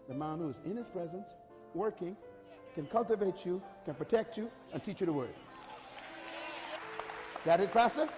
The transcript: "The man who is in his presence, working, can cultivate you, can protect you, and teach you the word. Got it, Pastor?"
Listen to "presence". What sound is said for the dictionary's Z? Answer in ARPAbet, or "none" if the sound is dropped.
Z